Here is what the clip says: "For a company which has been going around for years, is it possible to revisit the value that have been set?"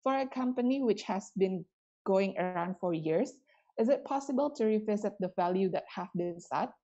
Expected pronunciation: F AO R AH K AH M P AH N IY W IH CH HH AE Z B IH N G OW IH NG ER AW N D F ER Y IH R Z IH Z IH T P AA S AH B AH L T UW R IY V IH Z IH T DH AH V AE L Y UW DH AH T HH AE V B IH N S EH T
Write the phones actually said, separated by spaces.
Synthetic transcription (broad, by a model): F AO R AH K AH M P AH N IY W IH CH HH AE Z B IH N G OW IH NG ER AW N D F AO Y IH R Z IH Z IH T P AA S AH B AH L T UW R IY V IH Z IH T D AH V AE L Y UW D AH T HH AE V B IH N S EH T